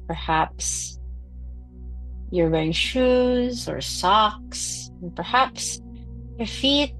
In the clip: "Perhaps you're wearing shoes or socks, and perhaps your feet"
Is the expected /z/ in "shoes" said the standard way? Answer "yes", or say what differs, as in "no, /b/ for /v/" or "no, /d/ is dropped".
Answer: yes